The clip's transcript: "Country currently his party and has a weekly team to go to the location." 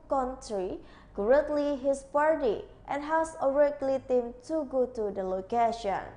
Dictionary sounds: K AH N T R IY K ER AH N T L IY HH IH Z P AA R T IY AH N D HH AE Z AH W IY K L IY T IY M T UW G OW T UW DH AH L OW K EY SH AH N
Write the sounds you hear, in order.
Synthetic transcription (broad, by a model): K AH N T R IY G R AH T L IY HH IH S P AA R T IY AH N HH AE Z AH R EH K L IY T IY M T UW G OW T UW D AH L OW K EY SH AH N